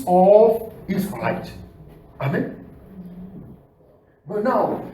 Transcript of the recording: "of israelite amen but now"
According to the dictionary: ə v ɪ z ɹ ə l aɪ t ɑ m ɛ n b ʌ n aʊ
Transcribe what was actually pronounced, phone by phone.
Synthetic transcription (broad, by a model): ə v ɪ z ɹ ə ɪ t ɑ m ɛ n b ʌ n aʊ